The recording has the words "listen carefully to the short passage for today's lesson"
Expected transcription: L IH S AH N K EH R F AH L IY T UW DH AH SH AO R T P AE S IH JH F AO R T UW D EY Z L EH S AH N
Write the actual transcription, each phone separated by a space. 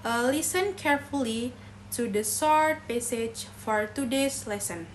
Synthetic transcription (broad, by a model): L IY S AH N K EH R F AH L IY T UW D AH S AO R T P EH S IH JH F AO R T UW D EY S L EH S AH N